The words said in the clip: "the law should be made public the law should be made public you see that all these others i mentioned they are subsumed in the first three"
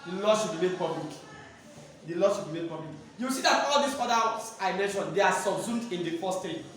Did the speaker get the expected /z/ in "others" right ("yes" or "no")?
no